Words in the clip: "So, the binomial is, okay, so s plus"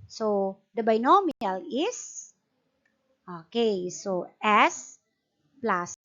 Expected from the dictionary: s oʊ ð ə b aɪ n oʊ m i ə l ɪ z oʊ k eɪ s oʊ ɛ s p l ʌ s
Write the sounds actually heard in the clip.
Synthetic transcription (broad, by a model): s oʊ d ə b aɪ n oʊ m i ə l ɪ s oʊ k eɪ s oʊ ɛ s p l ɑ s